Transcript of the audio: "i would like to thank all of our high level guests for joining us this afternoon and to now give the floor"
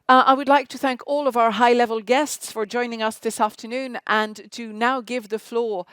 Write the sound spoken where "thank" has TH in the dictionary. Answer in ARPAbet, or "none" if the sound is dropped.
TH